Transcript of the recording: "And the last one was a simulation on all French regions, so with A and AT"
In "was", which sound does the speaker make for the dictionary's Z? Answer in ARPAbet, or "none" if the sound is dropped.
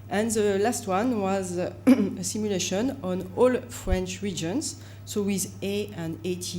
Z